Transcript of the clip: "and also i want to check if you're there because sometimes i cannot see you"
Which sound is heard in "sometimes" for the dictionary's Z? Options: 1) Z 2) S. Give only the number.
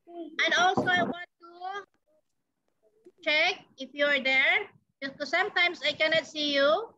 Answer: 2